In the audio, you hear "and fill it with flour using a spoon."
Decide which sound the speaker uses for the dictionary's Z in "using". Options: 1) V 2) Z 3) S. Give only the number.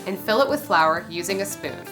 2